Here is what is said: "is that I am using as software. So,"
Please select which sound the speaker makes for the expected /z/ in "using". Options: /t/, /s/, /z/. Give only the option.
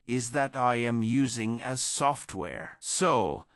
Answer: /z/